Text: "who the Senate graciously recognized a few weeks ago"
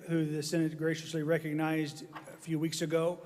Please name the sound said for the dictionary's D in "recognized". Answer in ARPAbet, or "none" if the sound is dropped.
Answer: D